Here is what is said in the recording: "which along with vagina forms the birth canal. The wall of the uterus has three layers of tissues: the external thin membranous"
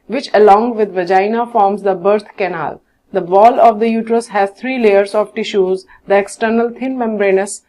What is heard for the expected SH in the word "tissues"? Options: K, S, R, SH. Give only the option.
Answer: SH